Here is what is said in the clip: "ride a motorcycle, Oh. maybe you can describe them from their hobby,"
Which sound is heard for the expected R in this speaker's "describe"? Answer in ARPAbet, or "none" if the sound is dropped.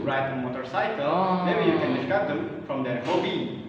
none